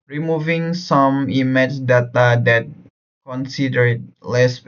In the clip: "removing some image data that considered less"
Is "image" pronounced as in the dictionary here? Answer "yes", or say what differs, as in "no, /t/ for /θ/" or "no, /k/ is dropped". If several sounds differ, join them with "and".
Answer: no, /tʃ/ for /dʒ/